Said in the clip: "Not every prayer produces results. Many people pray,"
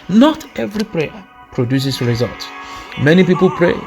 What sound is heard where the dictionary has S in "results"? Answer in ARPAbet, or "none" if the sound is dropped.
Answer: none